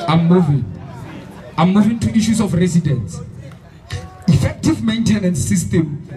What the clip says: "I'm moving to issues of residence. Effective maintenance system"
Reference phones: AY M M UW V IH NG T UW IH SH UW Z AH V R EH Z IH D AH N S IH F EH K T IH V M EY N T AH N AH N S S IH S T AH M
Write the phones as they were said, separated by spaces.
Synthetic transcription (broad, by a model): AY M M UW V IH NG T UW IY SH UW S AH F R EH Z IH D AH N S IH F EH K T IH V M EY N T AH N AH N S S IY S T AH M